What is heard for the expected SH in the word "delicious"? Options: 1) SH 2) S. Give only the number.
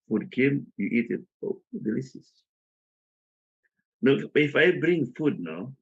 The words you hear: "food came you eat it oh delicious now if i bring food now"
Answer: 2